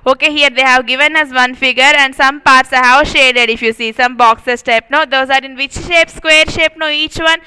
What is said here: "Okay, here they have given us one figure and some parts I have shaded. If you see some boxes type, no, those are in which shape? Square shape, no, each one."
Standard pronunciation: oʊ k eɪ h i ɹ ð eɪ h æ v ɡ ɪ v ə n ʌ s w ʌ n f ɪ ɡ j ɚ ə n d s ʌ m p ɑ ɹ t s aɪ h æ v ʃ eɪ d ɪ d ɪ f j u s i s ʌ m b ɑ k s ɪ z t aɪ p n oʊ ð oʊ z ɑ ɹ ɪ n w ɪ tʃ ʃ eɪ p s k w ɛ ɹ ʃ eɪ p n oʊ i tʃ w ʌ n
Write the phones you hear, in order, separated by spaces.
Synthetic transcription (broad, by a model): oʊ k eɪ h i ɹ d eɪ h æ v ɡ ɪ v ə n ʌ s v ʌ n f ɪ ɡ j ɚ ə n d s ʌ m p ɑ ɹ t s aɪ h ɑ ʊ ʃ eɪ d ɪ d ɪ f j u s i s ʌ m b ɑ k s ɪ s t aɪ p n oʊ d oʊ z ɑ ɹ ɪ n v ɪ tʃ ʃ eɪ p s k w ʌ ɹ ʃ eɪ p n oʊ i tʃ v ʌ n